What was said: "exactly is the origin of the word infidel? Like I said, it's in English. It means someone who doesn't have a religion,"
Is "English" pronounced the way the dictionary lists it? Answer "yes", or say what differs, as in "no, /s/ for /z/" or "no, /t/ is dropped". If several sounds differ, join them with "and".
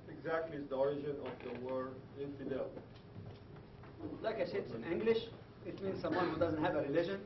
yes